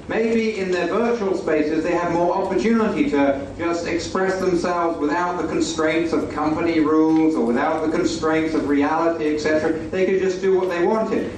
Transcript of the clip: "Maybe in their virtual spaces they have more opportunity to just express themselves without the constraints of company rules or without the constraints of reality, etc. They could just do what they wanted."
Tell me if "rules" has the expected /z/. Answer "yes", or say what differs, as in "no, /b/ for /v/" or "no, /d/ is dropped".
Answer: yes